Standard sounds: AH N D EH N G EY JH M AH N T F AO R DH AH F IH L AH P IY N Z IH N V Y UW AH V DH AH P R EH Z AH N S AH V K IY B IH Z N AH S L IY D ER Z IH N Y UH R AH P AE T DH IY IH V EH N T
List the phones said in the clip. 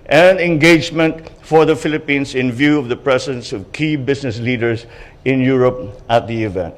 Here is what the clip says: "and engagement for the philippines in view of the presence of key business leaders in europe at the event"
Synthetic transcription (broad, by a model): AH N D EH N G EY JH M AH N T F AO R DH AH F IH L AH P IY N S IH N V Y UW AH V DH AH P R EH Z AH N S AH V K IY B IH S N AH S L IY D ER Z IH N Y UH R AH P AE T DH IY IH V EH N T